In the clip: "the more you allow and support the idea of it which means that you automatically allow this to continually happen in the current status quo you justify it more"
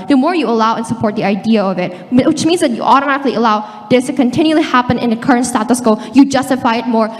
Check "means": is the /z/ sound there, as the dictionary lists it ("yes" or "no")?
yes